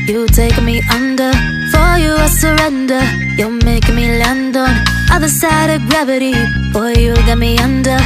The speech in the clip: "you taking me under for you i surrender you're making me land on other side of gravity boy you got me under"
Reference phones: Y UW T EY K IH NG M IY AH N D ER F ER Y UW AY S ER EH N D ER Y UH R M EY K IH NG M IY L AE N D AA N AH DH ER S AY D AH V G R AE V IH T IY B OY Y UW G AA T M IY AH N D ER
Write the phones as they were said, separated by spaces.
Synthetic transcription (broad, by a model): Y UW T EY IH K M IY AH N D ER F ER Y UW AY S ER EH N D ER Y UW L M EY IH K M IY L AE N D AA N AH DH ER S AY D AH V G R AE V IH T IY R Y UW G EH T M IY AH N D ER